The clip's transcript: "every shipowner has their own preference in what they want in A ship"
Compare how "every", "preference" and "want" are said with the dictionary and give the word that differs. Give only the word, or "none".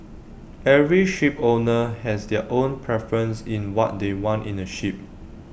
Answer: none